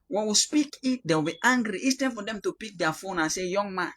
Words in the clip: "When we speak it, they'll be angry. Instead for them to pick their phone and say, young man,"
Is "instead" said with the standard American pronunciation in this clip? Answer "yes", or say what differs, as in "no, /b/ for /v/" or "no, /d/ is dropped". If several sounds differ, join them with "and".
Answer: no, /n/ is dropped